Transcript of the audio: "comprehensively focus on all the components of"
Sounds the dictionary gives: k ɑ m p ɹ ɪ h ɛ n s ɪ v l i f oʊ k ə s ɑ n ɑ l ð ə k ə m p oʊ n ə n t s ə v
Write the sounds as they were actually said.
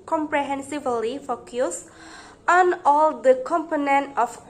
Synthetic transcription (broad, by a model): k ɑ m p ɹ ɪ h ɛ n s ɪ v l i f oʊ k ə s ɑ n ɑ l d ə k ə m p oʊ n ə n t ə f